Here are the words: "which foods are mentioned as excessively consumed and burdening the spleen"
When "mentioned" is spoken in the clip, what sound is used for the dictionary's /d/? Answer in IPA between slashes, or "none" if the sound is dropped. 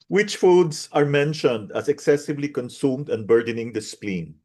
/d/